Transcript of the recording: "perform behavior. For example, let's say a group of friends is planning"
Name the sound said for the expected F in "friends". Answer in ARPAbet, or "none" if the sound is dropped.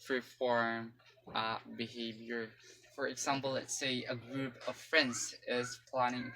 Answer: F